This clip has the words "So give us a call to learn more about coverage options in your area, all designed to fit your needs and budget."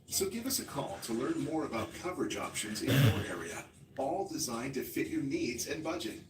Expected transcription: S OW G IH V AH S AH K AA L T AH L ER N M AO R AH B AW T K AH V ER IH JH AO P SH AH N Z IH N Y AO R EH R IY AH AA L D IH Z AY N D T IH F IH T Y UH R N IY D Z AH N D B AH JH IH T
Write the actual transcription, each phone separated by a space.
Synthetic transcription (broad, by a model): S OW G IH V AH S AH K AA L T AH L ER N M AO R AH B AW T K AH V ER IH JH AO P SH AH N Z IH N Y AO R EH R IY AH AA L D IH Z AY N T IH F IH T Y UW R N IY D Z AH N B AH JH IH T